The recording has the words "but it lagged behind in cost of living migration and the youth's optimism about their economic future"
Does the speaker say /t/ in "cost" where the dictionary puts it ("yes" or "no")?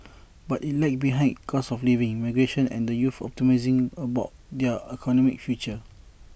no